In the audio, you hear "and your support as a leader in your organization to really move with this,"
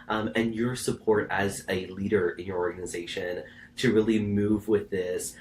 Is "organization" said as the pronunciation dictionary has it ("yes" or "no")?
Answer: yes